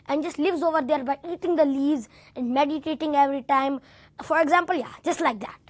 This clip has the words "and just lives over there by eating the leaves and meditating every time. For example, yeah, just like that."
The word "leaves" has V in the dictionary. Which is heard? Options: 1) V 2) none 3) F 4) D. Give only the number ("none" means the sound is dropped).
2